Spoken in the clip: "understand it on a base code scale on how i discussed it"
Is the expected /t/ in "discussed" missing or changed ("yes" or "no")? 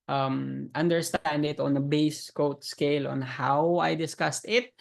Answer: no